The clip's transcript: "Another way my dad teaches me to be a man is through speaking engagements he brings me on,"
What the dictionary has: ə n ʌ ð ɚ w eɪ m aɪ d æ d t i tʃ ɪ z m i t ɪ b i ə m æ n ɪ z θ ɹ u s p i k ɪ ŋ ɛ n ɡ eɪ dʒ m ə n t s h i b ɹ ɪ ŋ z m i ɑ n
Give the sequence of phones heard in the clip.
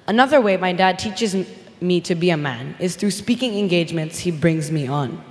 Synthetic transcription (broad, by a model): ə n ʌ ð ɚ w eɪ m aɪ d æ d t i tʃ ɪ z m i t ɪ b i ə m æ n ɪ z θ ɹ u s p i k ɪ ŋ ɛ n ɡ eɪ dʒ m ə n t s h i b ɹ ɪ ŋ z m i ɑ n